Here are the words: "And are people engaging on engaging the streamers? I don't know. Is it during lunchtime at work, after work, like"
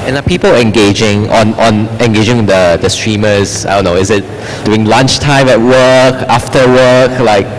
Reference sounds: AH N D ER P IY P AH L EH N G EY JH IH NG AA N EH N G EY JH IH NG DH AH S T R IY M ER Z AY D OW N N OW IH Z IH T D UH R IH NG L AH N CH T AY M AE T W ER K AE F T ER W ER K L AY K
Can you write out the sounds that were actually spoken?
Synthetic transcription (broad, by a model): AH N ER P IY P AH L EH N G EY JH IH NG AA N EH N G EY JH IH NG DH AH S T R IY M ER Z AY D OW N N OW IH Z IH T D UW IH NG L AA N CH T AY M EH T W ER K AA F T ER W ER K L AY K